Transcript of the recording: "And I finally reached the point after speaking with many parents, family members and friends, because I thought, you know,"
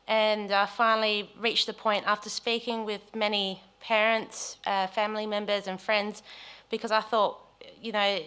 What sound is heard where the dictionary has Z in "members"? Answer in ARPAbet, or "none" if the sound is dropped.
Z